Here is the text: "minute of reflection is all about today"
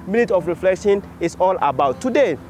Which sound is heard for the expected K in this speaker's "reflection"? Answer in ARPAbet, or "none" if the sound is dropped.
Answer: K